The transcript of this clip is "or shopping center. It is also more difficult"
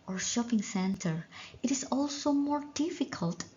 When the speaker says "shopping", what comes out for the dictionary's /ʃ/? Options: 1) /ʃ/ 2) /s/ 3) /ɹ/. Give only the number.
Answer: 1